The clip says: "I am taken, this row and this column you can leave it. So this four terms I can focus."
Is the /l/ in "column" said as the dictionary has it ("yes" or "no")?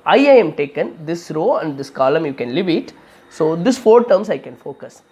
yes